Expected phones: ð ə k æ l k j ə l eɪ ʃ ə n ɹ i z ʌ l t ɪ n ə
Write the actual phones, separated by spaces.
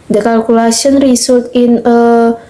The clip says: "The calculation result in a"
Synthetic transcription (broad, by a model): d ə k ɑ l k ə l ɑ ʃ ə n ɹ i s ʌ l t ɪ n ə